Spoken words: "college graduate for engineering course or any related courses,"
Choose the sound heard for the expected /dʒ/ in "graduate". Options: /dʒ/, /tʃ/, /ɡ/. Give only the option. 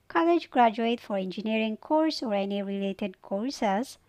/dʒ/